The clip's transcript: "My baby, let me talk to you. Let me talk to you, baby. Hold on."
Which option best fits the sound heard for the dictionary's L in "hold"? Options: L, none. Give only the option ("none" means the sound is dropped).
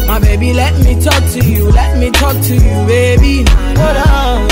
none